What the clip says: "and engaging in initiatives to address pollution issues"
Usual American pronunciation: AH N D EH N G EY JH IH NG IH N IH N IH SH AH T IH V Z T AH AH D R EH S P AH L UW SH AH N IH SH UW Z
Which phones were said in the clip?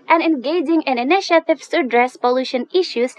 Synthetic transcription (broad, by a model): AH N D EH N G EY JH IH NG IH N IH N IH SH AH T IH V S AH AH D R EH S P AH L UW SH AH N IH SH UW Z